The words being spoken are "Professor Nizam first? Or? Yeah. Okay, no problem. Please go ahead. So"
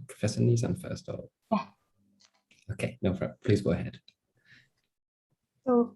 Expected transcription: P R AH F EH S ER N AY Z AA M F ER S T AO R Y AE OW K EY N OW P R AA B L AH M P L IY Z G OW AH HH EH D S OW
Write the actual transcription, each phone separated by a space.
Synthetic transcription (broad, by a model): P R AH F EH S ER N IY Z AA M F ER S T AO L Y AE OW K EY N OW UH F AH P L IY Z G OW AH HH EH D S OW